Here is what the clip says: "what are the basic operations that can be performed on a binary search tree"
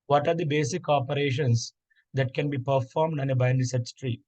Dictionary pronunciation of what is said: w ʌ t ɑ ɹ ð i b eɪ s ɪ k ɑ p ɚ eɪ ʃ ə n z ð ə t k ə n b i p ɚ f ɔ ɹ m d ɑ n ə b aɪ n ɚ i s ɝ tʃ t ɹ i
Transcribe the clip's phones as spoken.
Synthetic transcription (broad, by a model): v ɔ t ɑ ɹ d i b eɪ s ɪ k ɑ p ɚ eɪ ʃ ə n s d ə t k ə n b i p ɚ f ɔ ɹ m d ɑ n ə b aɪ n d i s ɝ s t ɹ i